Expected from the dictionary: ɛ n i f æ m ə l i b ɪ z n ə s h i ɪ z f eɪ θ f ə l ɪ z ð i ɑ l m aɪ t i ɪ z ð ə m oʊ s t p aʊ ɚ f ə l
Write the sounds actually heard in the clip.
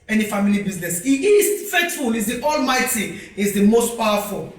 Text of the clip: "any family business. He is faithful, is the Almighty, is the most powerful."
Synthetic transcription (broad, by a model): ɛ n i f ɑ m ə l i b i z n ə s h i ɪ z f eɪ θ f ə l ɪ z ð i ɑ l m aɪ t i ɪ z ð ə m oʊ s t p aʊ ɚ f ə l